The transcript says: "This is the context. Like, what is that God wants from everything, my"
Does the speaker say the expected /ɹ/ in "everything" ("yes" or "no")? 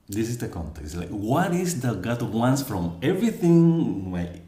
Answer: yes